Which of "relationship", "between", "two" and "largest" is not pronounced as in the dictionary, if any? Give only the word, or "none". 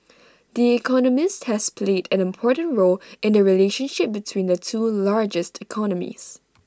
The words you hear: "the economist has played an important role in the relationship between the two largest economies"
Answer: none